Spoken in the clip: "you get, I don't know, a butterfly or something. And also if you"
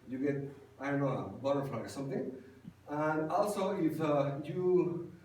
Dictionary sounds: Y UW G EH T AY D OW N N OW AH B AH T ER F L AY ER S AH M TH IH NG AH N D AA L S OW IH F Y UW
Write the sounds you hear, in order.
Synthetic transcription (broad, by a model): Y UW G EH T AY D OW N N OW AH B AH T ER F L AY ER S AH M T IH NG AH N D AA L S OW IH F Y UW